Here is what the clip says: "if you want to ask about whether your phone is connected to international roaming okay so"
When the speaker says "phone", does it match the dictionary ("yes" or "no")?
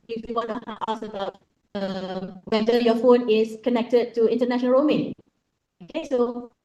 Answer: yes